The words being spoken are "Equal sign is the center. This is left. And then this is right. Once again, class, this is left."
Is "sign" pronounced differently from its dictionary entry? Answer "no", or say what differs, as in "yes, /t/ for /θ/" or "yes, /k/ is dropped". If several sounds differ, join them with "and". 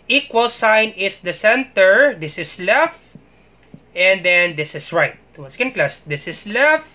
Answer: no